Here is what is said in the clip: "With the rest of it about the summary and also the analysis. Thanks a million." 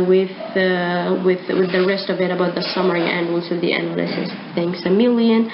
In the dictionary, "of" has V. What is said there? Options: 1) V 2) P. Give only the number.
1